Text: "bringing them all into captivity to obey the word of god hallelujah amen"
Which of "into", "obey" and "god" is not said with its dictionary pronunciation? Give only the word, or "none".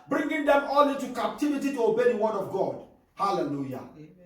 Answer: into